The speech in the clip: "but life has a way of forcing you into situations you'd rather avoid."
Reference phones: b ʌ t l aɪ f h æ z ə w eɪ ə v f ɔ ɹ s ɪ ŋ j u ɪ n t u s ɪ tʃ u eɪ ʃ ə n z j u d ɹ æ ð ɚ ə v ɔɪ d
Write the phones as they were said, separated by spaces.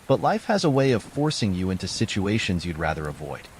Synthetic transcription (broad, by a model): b ʌ t l aɪ f h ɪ z ə w eɪ ə v f ɔ ɹ s ɪ ŋ j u ɪ n t u s ɪ tʃ u eɪ ʃ ə n z j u d ɹ æ ð ɚ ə v ɔɪ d